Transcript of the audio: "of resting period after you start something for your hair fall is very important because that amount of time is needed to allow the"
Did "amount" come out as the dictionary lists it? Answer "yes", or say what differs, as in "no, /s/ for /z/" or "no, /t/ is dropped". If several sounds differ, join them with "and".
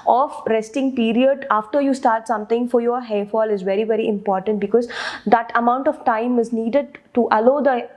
yes